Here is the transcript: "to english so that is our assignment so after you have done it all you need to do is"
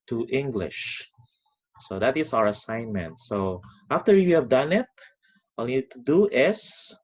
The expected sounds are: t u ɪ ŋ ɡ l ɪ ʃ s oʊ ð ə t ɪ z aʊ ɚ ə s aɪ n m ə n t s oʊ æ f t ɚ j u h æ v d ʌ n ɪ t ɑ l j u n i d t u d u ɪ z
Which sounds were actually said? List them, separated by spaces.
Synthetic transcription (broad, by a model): t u ɪ ŋ ɡ l ɪ ʃ s oʊ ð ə t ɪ s aʊ ɚ ə s aɪ n m ə n t s oʊ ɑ f t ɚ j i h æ v d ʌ n ɪ t ɑ l n i d t u d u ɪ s